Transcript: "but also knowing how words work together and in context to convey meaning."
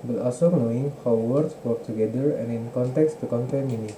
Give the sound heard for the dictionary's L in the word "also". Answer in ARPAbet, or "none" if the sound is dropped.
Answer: none